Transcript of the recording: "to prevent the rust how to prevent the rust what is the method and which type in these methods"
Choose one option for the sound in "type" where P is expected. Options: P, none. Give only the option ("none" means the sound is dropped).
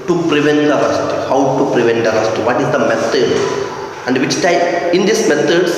none